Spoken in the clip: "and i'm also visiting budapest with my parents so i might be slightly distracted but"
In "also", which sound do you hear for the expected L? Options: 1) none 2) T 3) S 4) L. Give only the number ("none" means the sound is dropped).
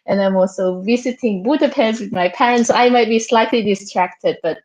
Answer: 4